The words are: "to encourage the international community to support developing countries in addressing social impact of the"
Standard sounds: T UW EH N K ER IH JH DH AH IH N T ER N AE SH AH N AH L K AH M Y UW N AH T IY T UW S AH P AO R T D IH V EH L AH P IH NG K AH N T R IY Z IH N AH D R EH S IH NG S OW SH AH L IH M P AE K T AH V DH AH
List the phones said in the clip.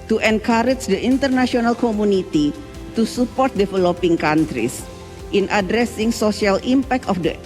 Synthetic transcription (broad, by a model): T UW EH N K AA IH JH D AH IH N T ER N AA S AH N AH L K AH M UW N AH T IY T UW S AH P AO R T D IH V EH L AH P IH NG K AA N T R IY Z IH N AH D R EH S IH NG S OW S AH L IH M P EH K T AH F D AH